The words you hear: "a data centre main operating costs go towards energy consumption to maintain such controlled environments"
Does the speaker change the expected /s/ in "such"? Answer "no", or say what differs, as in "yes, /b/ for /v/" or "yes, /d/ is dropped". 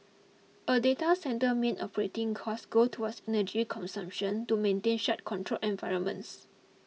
yes, /ʃ/ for /s/